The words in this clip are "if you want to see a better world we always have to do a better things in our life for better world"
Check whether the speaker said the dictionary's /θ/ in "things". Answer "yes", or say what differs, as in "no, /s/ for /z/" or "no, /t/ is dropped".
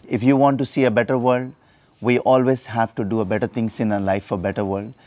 no, /t/ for /θ/